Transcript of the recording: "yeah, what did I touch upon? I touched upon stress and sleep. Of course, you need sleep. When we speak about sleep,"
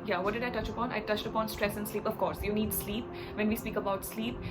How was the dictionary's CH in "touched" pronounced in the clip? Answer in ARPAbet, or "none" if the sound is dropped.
CH